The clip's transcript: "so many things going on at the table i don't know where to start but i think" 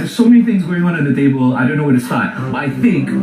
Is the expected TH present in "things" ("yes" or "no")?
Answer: yes